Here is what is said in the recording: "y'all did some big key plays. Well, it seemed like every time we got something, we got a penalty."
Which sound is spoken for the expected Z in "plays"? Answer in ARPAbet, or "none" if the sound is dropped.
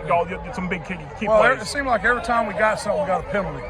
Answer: none